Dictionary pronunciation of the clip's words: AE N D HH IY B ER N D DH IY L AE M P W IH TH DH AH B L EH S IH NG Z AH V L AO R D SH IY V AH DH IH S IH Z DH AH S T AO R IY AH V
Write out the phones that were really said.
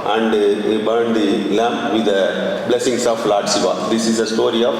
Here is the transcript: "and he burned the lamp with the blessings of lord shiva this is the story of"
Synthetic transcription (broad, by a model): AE N D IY B ER N D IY L AE M P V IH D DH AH B L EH S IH NG S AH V L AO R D S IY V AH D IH S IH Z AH S T AO R IY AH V